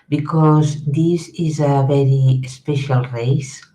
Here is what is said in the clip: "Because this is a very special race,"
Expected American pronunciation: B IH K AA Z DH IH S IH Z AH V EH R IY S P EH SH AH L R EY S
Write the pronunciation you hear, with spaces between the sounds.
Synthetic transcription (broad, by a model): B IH K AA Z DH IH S IH Z AH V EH R IY S P EH SH AH L R EY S